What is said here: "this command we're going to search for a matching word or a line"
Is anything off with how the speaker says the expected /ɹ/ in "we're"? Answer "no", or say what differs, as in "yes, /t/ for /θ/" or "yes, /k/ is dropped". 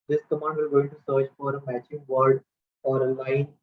yes, /l/ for /ɹ/